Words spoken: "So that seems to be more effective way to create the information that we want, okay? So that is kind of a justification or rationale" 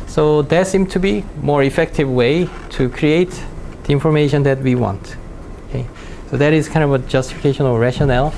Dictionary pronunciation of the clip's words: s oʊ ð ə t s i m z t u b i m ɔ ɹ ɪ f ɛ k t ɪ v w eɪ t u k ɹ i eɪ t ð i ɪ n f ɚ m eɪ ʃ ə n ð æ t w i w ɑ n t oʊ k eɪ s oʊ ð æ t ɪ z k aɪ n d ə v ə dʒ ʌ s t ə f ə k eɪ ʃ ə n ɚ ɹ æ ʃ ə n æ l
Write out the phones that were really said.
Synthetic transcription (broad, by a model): s oʊ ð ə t s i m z t u b i m ɔ ɹ ɪ f ɛ k t ɪ v w eɪ t u k ɹ i eɪ t ð i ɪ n f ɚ m eɪ ʃ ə n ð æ t w i w ɑ n t oʊ k eɪ s oʊ ð æ t ɪ z k aɪ n d ə v ə dʒ ʌ s t ə f ə k eɪ ʃ ə n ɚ ɹ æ ʃ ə n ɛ l